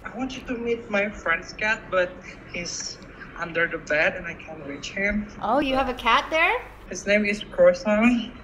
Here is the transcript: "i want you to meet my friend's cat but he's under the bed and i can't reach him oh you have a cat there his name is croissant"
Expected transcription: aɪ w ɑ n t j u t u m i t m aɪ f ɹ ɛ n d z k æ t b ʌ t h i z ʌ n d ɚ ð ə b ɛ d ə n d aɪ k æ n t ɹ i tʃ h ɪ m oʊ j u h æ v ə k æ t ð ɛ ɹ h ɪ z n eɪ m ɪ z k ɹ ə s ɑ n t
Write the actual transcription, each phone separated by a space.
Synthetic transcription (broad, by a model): aɪ w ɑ n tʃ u t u m i t m aɪ f ɹ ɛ n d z k æ t b ʌ t h i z ʌ n d ɚ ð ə b ɛ d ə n aɪ k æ n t ɹ i tʃ h ɪ m oʊ j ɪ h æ v ə k æ t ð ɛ ɹ h ɪ z n eɪ m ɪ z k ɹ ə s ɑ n